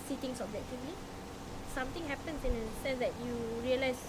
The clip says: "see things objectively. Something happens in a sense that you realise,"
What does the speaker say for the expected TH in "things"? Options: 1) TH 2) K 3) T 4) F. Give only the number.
3